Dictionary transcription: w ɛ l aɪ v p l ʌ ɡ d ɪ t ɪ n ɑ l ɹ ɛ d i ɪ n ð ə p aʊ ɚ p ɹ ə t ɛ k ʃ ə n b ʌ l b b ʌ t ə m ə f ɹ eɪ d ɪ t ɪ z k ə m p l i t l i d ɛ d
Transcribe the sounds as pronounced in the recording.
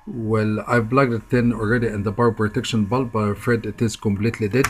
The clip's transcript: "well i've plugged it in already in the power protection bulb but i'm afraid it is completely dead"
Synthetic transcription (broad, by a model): w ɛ l aɪ v l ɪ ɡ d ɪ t ɪ n ɑ l ɹ ɛ d i ɪ n ð ə b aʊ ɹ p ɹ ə t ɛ k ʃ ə n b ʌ l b b ʌ t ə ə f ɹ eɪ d ɪ t ɪ z k ə m p l i t l i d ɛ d